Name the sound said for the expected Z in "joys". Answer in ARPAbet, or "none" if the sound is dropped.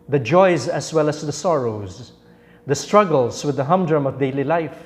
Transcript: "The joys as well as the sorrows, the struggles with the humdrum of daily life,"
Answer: Z